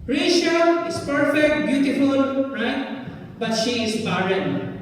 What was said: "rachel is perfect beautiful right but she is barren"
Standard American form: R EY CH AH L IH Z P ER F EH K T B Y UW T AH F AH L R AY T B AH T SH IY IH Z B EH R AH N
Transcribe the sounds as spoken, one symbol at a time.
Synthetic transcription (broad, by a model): R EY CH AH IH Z P ER F EH K T B Y UW T AH F AH L R AY T B AH T SH IY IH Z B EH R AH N